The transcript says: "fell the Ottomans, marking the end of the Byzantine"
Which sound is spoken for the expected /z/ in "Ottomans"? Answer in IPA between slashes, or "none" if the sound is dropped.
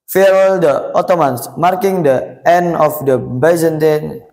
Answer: /s/